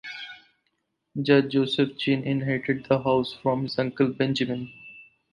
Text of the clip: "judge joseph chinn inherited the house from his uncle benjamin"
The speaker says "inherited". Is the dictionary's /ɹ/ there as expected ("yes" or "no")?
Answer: no